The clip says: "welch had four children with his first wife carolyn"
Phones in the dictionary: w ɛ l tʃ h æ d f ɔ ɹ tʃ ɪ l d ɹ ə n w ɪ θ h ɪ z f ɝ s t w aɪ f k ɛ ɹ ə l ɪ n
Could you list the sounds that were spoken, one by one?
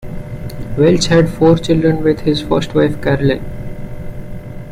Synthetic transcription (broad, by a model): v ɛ l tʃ h æ d f ɔ ɹ tʃ ɪ l d ɹ ə n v ɪ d h ɪ z f ɝ s t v aɪ f k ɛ ɹ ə l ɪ